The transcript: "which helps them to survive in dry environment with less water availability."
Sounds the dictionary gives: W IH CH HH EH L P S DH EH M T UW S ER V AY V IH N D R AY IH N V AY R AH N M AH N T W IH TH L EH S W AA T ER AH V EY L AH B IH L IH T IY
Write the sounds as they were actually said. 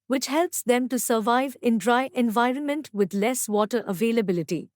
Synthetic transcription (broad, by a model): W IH CH HH EH L P S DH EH M T UW S ER V AY V IH N D R AY IH N V AY R AH N M AH N T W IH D L EH S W AA T ER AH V EY L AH B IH L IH T IY